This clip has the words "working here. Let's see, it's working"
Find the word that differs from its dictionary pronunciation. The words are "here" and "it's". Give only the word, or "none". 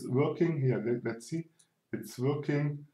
here